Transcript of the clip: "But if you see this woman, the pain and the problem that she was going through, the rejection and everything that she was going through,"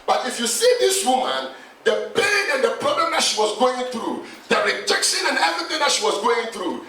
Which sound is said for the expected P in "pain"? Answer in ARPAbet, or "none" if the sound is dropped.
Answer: B